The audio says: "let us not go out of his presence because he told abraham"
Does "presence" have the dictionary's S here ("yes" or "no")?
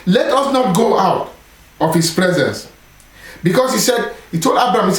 yes